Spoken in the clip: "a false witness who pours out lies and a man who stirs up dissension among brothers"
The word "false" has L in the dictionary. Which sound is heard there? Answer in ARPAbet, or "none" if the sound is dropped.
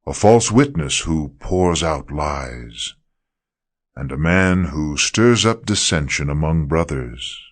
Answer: L